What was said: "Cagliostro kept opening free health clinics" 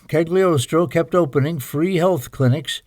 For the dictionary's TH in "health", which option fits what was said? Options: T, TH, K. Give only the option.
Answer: TH